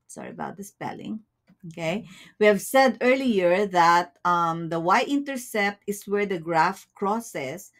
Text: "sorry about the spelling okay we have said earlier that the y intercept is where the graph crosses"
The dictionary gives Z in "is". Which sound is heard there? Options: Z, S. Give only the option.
S